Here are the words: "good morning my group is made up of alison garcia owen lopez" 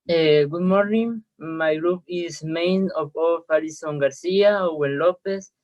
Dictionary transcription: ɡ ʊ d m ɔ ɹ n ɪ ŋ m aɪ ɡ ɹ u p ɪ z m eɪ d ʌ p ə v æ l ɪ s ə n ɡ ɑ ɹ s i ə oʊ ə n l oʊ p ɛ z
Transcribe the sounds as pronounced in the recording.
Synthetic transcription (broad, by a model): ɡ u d m ɔ ɹ n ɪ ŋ m aɪ ɡ ɹ u p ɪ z m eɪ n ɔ f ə f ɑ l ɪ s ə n ɡ ɑ ɹ s i ə oʊ ə n l oʊ p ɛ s